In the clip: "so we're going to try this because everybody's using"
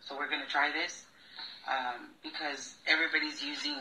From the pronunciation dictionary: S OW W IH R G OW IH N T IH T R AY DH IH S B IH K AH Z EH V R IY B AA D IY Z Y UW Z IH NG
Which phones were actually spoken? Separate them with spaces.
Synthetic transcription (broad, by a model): S OW W IH R G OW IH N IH T R AY DH IH S B IH K AH Z EH V R IY B AA D IY Z Y UW Z IH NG